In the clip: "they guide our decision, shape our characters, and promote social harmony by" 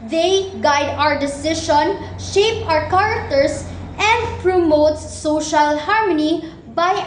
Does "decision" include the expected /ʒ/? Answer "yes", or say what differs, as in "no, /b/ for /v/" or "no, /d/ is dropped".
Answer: no, /ʃ/ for /ʒ/